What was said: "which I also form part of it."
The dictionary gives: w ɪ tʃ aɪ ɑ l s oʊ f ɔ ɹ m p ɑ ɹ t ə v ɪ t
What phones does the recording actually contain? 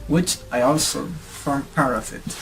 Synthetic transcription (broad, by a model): w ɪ tʃ aɪ ɑ l s oʊ f ɔ ɹ m p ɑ ɹ ə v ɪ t